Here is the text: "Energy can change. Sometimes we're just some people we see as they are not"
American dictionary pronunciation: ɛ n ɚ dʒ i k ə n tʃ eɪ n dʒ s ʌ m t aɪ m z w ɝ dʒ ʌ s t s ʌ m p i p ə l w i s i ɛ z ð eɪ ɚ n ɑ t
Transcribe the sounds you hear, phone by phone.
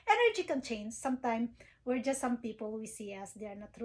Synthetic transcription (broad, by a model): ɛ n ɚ dʒ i k ə n tʃ eɪ n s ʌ m t aɪ m w ɝ dʒ ʌ s t s ʌ m p i p ə l w i s i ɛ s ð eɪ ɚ n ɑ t